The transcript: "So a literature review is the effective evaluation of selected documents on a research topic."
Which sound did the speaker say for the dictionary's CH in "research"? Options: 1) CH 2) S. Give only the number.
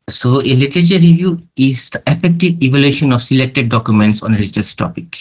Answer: 2